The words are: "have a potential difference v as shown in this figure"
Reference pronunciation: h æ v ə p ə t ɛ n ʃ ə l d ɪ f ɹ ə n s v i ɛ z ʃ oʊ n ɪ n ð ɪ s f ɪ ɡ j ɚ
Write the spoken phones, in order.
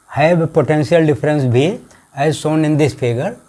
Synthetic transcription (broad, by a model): h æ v ə p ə t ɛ n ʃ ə l d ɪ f ɹ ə n s b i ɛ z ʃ oʊ n ɪ n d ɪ s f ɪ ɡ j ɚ